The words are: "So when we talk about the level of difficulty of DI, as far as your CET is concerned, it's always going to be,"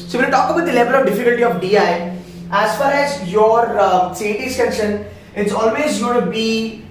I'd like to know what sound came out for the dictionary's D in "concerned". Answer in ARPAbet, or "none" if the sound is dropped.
none